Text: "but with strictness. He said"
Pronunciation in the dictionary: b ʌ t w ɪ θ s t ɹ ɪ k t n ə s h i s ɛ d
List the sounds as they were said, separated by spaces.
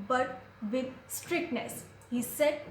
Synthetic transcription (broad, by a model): b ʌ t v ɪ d s t ɹ ɪ k t n ə s h i s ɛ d